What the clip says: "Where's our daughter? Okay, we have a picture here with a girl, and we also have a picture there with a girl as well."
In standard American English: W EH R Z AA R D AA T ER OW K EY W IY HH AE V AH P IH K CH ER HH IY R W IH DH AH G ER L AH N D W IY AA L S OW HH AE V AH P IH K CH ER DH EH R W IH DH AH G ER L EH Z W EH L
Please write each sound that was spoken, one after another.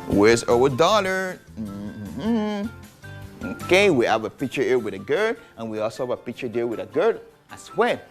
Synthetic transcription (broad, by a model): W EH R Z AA W D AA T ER OW K EY W IY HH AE V AH P IH K CH ER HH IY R W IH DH AH G ER L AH N W IY AA L S OW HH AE V AH P IH K CH ER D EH L W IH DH AH G ER L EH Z W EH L